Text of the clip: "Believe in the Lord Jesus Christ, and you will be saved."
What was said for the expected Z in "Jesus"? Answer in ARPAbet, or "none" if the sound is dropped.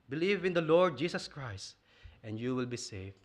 S